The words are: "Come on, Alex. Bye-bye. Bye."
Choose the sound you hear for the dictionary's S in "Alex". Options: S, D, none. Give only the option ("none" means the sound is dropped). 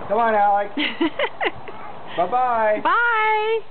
none